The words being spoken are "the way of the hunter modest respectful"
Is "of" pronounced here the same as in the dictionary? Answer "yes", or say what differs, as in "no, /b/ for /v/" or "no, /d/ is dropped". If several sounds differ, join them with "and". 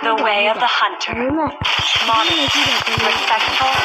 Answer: yes